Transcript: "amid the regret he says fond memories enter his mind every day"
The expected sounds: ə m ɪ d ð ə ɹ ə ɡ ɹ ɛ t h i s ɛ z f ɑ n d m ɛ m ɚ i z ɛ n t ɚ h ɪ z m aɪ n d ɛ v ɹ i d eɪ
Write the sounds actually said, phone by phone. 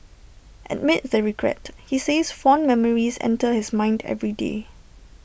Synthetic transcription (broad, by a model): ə m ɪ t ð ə ɹ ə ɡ ɹ ɛ t h i s ɛ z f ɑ n m ɛ m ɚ i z ɛ n t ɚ h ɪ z m aɪ n d ɛ v ɹ i d eɪ